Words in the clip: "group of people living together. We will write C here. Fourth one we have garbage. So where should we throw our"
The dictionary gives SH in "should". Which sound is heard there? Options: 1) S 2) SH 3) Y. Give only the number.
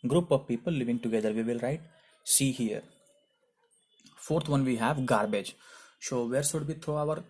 1